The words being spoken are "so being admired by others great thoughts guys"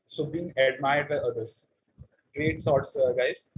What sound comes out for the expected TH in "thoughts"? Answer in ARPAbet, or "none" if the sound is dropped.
S